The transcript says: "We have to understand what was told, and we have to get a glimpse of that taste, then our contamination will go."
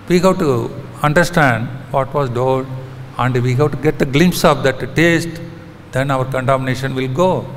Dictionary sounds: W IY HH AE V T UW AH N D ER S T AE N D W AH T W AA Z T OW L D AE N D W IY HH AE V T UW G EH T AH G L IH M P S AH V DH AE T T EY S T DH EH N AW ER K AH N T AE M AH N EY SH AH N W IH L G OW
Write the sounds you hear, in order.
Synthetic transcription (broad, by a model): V IY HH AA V T UW AH N D ER S T AE N D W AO T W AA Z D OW D AE N D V IY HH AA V T UW G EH T AH G L IH M P S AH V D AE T T EY S T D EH N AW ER K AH N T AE M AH N EY SH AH N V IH L G OW